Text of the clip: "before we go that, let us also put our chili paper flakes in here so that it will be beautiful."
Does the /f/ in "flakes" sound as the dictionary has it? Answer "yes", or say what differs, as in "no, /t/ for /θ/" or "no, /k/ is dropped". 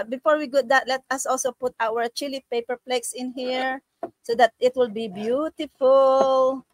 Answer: no, /p/ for /f/